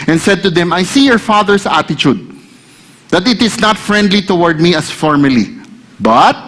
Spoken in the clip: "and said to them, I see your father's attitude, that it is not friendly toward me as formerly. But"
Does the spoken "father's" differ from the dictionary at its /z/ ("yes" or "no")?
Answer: yes